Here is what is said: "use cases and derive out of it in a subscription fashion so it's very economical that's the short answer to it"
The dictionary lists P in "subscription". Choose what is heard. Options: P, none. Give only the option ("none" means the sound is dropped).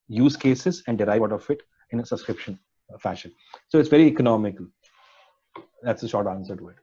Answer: P